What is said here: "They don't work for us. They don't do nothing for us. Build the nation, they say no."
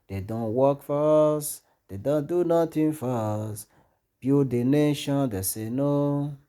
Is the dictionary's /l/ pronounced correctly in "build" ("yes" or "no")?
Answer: no